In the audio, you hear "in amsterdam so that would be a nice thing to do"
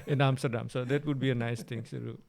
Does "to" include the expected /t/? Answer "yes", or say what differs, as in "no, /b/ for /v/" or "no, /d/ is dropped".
no, /s/ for /t/